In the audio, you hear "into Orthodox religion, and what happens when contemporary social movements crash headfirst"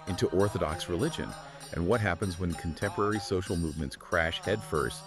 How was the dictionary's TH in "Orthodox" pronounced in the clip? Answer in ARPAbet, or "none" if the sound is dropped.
TH